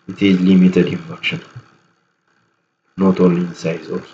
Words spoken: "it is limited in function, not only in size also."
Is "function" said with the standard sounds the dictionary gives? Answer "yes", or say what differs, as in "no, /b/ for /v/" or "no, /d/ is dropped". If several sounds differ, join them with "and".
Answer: no, /ŋ/ is dropped